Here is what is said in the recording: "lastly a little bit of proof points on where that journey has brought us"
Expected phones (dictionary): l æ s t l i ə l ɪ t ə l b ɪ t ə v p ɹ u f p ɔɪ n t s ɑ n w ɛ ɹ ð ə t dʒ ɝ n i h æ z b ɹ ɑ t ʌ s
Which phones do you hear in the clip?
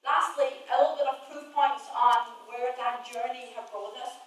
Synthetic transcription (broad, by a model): l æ s t l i ə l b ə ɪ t ə v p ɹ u p ɔɪ n t s n w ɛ ɹ ð ə t dʒ ɝ n i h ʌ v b ɑ ʌ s